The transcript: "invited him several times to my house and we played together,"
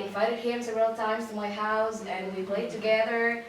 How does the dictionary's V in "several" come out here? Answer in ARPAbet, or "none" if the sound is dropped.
none